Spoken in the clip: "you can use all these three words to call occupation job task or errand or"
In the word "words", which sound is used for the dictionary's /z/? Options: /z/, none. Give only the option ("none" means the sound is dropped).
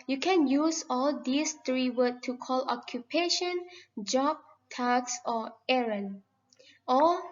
none